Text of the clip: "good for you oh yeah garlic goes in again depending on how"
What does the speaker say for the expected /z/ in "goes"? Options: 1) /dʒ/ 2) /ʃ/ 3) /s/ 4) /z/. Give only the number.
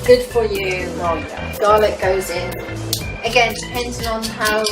4